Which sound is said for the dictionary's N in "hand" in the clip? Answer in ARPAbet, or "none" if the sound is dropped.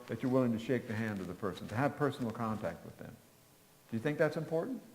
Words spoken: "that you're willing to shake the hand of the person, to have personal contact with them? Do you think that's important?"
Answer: N